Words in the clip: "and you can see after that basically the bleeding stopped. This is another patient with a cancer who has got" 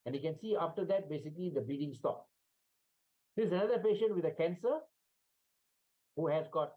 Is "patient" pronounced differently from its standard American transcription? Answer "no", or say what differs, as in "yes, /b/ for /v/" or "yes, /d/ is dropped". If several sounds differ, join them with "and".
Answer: no